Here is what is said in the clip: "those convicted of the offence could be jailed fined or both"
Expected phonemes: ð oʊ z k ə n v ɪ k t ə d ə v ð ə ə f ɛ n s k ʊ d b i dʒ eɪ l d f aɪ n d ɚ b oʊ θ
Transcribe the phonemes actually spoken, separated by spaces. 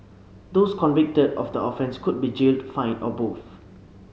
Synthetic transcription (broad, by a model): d oʊ s k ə n v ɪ k t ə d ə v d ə ə f ɛ n s k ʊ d b i dʒ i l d f aɪ n ɔ b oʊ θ